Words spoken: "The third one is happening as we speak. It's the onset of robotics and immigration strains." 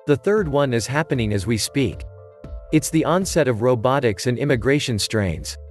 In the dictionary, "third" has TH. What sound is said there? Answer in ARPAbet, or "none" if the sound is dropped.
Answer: TH